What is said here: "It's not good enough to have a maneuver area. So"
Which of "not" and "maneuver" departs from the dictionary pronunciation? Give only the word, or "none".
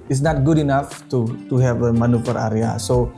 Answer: maneuver